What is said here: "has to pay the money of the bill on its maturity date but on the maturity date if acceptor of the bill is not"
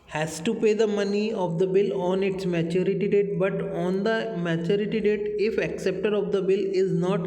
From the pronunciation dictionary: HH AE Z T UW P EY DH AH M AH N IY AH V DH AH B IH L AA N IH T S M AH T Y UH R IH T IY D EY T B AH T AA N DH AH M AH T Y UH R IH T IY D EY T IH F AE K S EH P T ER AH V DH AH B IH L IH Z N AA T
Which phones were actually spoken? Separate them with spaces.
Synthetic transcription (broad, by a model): HH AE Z T UW P EY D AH M AH N IY AH V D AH B IH L AA N IH T S M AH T Y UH R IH T IY D EY T B AH T AA N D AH M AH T Y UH R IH T IY D EY T IH F AE K S EH P T ER AH V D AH B IH L IH Z N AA T